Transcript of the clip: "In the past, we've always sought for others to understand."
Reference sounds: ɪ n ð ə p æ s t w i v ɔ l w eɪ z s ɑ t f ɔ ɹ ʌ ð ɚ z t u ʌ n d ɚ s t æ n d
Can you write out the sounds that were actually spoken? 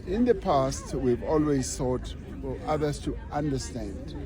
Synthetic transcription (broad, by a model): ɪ n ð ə p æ s t w i v ɔ l w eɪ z θ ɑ t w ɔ l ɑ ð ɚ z t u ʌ n d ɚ s t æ n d